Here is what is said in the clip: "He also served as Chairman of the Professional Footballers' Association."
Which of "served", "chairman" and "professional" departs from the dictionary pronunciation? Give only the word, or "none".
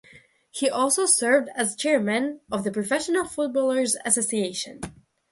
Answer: none